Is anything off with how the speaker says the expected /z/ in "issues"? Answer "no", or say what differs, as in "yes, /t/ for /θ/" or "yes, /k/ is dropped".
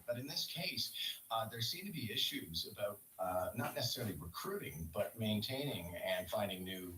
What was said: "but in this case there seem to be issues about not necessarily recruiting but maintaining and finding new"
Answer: no